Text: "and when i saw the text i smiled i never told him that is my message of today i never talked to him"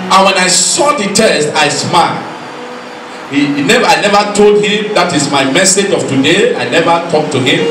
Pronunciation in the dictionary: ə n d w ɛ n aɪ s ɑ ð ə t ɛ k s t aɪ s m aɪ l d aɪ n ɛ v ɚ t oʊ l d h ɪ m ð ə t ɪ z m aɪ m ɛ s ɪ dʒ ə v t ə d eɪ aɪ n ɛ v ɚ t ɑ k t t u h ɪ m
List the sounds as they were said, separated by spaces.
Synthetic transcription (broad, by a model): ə n w ɛ n aɪ s ɑ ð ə t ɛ s t aɪ s m aɪ l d aɪ n ɛ v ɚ t oʊ l d h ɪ m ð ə t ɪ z m aɪ m ɛ s ɪ dʒ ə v t ə d eɪ aɪ n ɛ v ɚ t ɑ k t t u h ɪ m